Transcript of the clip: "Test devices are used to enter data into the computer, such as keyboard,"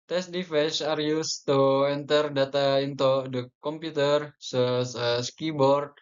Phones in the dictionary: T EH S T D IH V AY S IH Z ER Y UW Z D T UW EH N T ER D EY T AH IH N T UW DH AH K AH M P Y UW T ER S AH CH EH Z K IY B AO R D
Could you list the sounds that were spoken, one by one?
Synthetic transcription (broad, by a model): T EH S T D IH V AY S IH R Y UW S T UW EH N T ER D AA T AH IH N T UW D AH K AH M P Y UW T ER S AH S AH S K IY B AO R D